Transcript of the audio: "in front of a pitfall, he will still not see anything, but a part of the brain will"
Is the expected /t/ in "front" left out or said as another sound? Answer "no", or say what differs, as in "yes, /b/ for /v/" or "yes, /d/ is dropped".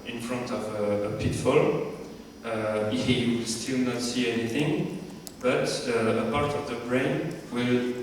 no